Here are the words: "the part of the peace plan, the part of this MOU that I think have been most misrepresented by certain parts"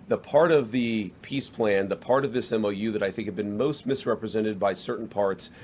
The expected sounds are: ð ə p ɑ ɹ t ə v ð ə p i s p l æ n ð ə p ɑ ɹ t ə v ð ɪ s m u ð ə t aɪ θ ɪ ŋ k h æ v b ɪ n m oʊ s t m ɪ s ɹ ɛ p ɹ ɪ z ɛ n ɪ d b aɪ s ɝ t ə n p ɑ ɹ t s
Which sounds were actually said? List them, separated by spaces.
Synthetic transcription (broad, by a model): ð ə p ɑ ɹ t ə v ð ə p i s p l æ n ð ə p ɑ ɹ t ə v ð ɪ s m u ð ə t aɪ θ ɪ ŋ k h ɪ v b ɪ n m oʊ s t m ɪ s ɹ ɛ p ɹ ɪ z ɛ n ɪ d b aɪ s ɝ t n p ɑ ɹ t s